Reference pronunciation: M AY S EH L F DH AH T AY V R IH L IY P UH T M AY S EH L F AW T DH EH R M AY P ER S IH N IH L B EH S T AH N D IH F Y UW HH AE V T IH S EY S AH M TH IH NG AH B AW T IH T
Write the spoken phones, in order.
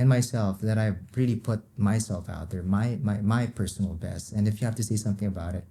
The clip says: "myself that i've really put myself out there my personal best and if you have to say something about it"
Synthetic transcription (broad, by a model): M AY S EH L F DH AH T AY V R IH L IY P UH T M AY S EH L F AW T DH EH R M AY P ER S N L B EH S T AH N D IH F Y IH HH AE F T IH S EY S AH M TH IH NG AH B AW T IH T